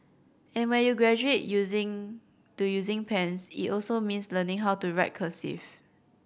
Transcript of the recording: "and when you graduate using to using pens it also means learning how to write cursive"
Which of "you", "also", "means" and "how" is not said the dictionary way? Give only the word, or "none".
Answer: means